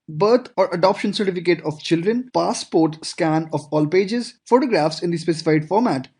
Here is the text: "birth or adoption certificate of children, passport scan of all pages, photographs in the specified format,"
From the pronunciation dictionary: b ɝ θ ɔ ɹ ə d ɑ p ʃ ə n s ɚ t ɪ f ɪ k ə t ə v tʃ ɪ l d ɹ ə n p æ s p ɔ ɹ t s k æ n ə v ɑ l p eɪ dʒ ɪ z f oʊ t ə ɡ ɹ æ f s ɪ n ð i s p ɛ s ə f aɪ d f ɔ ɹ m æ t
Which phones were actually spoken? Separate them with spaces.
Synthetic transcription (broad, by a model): b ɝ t ɔ ɹ ə d ɑ p ʃ ə n s ɚ t ɪ f ɪ k ə t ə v tʃ ɪ l d ɹ ə n p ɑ s p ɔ ɹ t s k æ n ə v ɑ l p eɪ dʒ ɪ z f oʊ t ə ɡ ɹ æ f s ɪ n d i s p ɛ s ə f aɪ d f ɔ ɹ m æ t